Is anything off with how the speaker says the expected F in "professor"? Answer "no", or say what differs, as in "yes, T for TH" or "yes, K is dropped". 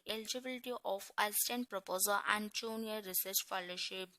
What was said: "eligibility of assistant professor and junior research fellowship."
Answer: yes, P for F